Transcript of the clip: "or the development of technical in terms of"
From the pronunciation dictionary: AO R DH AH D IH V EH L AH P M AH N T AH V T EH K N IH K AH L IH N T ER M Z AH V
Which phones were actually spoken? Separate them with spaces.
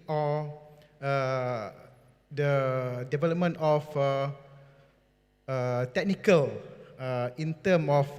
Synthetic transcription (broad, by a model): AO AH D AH D IH V EH L AH P M AH N T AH F T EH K N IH K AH L IH N T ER M AH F